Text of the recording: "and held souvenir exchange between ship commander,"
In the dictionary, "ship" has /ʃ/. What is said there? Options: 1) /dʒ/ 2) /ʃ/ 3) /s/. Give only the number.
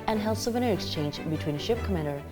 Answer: 2